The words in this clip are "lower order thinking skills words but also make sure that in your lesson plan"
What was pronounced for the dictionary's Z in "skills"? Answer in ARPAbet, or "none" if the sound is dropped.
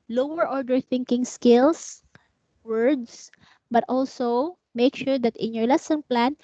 S